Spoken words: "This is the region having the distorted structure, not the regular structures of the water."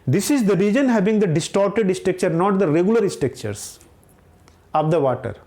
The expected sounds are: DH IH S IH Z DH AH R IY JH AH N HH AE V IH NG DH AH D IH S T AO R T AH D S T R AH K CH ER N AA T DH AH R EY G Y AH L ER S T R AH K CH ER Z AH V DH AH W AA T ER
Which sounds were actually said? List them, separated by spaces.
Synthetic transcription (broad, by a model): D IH S IH Z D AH R IY JH AH N HH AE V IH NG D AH D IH S T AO R T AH D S T EH K CH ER N AA T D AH R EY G Y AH L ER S T EH K CH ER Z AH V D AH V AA T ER